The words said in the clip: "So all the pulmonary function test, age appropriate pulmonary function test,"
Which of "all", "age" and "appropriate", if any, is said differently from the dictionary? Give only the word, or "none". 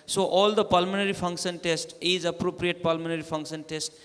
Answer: age